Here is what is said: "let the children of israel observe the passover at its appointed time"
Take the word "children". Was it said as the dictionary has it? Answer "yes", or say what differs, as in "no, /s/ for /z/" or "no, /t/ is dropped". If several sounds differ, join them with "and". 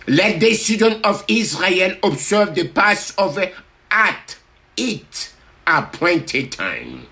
no, /s/ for /tʃ/ and /l/ is dropped and /ɹ/ is dropped